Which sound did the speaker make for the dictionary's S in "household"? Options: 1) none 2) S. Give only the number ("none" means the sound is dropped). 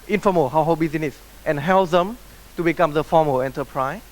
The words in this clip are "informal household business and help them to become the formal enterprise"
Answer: 1